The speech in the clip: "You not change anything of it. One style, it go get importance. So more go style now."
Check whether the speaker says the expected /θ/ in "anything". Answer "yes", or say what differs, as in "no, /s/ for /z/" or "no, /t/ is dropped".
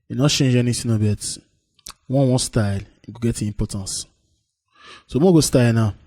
no, /s/ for /θ/